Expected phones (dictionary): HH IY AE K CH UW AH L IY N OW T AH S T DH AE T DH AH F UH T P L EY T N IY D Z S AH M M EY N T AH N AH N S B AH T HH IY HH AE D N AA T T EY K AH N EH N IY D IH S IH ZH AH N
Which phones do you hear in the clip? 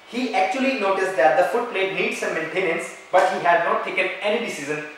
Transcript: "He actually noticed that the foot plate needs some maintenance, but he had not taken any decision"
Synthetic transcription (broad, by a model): HH IY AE K CH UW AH L IY N OW T AH S T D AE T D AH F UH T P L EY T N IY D S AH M M EY N T AH N AH N S B AH T HH IY HH AE D N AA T T EY K AH N EH N IY D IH S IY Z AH N